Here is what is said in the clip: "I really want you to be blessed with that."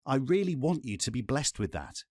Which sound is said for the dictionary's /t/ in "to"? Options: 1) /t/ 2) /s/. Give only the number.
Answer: 1